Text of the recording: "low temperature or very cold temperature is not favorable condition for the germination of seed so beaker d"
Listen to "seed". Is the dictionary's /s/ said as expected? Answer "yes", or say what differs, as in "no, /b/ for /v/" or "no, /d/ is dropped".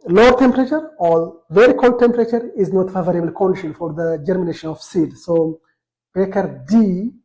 yes